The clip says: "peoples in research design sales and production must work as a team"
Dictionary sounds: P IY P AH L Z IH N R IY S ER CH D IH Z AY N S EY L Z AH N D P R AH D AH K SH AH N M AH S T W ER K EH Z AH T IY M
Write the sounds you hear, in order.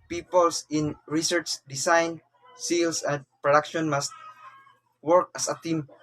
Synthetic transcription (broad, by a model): P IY P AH L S IH N R IY S ER CH D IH S AY N S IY L S AH N D P R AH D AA K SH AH N M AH S T W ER K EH S AH T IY M